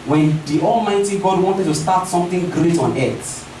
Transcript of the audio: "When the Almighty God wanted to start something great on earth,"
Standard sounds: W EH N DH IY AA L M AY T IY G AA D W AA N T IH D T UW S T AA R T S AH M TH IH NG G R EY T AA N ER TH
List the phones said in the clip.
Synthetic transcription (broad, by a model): W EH N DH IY AA L M AY T IY G AA D W AA N T IH D T UW S T AA T S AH M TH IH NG G R EY T AA N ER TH